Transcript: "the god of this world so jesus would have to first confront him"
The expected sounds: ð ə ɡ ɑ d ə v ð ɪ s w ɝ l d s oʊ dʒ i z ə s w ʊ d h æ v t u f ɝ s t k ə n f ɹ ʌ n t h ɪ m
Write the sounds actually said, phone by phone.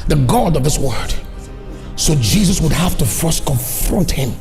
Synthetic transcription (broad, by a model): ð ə ɡ ɑ d ə v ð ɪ s w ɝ d s oʊ dʒ i z ə s w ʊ d h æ f t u f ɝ s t k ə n f ɹ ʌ n t h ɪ m